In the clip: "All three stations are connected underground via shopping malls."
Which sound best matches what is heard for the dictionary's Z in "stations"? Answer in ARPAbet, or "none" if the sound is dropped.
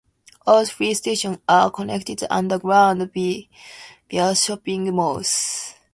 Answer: none